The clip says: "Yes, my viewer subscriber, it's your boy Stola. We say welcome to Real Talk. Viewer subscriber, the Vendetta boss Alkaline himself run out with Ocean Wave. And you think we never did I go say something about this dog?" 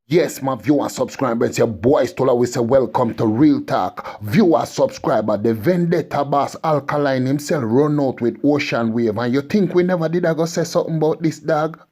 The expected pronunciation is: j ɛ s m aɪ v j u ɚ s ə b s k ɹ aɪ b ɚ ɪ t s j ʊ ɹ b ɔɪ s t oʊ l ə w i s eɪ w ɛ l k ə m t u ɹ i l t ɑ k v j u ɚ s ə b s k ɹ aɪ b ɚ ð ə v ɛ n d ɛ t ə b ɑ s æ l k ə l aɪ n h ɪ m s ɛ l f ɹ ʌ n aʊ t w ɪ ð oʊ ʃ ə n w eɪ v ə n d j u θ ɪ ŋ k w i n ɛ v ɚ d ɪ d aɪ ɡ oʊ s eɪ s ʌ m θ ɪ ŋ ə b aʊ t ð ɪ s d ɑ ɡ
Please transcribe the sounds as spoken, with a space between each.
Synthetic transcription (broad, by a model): j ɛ s m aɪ v j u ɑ s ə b s k ɹ aɪ b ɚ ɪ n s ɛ b ɔɪ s t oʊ l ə w i s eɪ w ɛ l k ə m t u ɹ i l t ɑ k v j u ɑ s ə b s k ɹ aɪ b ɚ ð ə v ɛ n d ɛ t ə b ɑ s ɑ l k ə l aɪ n h ɪ m s ɛ l f ɹ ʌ n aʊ t w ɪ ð oʊ ʃ ə n w eɪ v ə n j u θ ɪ ŋ k w i n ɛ v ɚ d ɪ d aɪ ɡ oʊ s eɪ s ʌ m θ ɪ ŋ b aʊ t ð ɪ s d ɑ ɡ